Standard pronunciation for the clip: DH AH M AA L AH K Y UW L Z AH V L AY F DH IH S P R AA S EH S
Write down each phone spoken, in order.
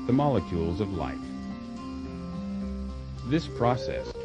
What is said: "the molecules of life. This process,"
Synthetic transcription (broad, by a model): DH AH M AA L AH K Y UW L Z AH V L AY F DH IH S P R AA S EH S